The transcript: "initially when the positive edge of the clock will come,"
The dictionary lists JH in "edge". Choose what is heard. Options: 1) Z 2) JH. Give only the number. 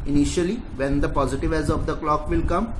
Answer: 1